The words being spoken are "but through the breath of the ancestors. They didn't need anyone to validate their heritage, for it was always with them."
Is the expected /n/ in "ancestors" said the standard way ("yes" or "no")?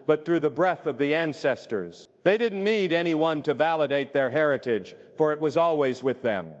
yes